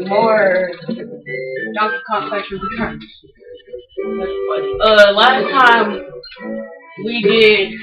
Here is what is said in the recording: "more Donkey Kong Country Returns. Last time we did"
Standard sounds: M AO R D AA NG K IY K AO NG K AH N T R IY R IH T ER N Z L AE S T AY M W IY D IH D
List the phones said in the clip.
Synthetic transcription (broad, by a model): M AO R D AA K K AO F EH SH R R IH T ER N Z L AE S T AY M W IY D IH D